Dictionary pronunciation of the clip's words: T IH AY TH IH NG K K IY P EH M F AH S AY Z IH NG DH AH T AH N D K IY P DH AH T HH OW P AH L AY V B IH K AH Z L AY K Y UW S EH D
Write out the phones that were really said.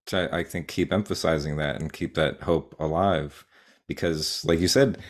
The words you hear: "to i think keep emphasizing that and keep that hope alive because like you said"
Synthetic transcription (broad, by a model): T IH AY TH IH NG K K IY P EH M F AH S AY Z IH NG DH AH T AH N K IY P DH AH T HH OW P AH L AY V B IH K AH Z L AY K Y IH S EH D